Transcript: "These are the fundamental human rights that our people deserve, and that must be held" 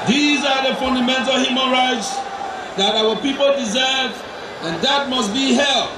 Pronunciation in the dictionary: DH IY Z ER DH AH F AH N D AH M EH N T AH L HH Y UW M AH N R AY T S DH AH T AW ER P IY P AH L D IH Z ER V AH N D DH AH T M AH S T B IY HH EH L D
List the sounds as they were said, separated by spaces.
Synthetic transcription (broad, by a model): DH IY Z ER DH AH F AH N D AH M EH N T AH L HH Y UW M AH N R AY T S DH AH T AW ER P IY P AH L D IH Z ER V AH N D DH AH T M AH S T B IY HH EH L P